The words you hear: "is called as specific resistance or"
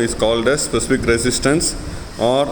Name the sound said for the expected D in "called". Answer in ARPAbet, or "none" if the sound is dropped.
D